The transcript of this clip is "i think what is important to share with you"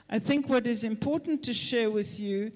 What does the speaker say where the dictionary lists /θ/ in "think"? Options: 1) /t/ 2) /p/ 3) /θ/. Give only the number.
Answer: 3